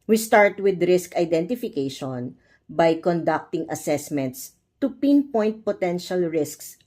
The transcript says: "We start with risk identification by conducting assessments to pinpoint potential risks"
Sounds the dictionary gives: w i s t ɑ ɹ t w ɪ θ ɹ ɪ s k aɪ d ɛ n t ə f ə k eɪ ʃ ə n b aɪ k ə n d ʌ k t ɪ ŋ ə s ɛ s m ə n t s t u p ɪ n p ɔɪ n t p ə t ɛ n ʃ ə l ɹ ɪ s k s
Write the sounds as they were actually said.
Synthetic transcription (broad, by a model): w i s t ɑ ɹ t w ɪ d ɹ ɪ s k aɪ d ɛ n t ə f ə k eɪ ʃ ə n b aɪ k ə n d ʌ k t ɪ ŋ ə s ɛ s m ə n t s t u p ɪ n p ɔɪ n t p ə t ɛ n ʃ ə l ɹ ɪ s k s